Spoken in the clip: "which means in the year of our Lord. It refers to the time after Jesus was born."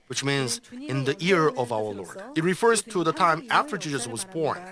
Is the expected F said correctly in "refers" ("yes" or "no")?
yes